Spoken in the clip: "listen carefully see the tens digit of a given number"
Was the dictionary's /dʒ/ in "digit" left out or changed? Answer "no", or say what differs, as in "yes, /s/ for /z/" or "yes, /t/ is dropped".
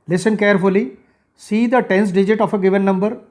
no